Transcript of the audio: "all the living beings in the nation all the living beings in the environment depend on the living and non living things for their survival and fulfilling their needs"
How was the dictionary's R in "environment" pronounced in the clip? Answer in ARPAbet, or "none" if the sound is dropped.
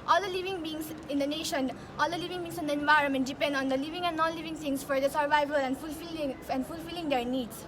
R